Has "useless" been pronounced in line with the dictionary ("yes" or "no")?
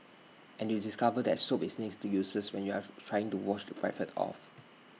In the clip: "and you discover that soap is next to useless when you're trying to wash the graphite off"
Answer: no